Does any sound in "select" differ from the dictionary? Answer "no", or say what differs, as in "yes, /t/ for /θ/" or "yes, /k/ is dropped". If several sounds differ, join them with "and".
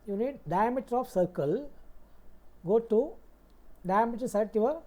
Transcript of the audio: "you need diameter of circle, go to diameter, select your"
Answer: yes, /l/ is dropped and /k/ is dropped